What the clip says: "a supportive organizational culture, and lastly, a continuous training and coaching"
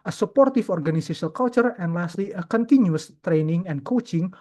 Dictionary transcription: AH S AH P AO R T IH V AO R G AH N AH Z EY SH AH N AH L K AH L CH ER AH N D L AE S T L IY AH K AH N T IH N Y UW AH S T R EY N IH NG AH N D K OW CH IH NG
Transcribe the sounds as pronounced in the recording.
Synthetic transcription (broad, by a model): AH S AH P AO R T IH F AO R G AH N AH S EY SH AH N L K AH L CH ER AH N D L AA S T L IY AH K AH N T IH N Y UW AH S T R EY N IH NG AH N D K OW CH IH NG